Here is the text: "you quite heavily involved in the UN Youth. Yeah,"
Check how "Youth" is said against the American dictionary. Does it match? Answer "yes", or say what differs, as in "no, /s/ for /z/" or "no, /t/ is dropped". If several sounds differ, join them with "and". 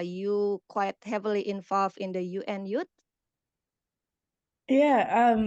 no, /t/ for /θ/